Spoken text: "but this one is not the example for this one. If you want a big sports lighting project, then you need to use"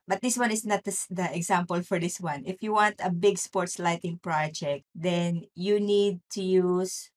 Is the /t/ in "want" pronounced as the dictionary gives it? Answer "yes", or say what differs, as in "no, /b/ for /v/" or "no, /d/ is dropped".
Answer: yes